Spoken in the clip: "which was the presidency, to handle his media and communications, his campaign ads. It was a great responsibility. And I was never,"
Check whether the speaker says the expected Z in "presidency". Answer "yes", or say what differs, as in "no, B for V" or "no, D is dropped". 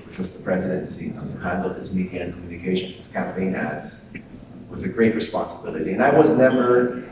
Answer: yes